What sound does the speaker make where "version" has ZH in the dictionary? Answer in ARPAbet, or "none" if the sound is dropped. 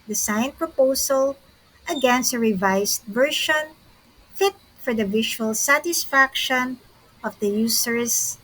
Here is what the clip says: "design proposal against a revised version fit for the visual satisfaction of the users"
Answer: SH